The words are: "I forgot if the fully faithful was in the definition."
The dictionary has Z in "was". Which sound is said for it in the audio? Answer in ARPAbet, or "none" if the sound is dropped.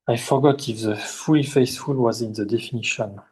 Z